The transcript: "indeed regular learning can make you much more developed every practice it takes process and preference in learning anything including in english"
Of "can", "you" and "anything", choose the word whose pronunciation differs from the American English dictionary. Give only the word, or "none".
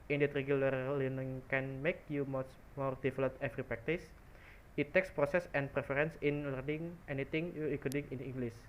anything